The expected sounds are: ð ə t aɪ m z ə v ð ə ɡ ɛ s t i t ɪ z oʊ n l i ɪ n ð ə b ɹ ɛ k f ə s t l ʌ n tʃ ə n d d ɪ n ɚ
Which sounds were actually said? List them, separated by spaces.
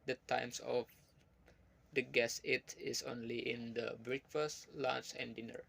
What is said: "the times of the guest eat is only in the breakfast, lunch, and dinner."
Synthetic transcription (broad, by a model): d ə t aɪ m s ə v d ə ɡ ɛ s i t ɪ s oʊ n l i ɪ n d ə b ɹ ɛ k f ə s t l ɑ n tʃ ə n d d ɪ n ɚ